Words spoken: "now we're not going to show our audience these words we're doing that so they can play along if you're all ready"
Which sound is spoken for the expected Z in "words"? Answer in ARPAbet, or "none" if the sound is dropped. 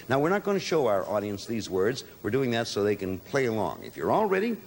Z